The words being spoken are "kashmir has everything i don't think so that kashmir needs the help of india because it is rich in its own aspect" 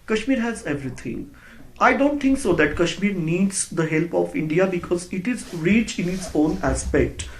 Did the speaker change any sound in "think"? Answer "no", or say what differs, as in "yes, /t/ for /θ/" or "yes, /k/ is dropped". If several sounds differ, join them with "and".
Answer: yes, /t/ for /θ/